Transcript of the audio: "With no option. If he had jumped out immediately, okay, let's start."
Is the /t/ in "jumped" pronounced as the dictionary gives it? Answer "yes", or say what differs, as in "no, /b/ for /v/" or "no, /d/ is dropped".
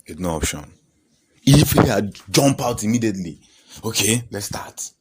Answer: no, /t/ is dropped